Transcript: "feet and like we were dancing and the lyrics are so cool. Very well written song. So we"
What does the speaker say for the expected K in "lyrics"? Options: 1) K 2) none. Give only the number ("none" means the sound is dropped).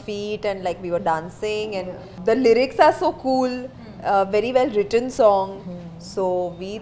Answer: 1